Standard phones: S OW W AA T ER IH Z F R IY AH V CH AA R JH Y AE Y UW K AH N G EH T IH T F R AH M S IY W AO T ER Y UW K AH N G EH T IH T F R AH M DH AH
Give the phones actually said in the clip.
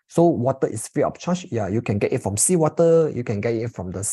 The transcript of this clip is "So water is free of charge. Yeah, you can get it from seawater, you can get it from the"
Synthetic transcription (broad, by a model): S OW W AA T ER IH S F R IY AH P CH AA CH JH Y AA Y UW K AH N G EH T IH T F R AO M S IY W AO T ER Y UW K AH N G EH T IH T F R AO M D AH